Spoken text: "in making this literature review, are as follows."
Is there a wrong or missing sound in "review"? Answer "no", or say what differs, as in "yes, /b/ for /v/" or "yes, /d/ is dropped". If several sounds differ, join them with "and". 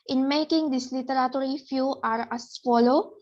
yes, /f/ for /v/